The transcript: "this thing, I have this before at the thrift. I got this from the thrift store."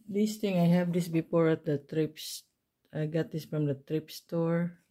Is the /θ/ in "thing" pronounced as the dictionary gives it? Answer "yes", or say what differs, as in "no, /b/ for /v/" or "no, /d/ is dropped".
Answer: no, /t/ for /θ/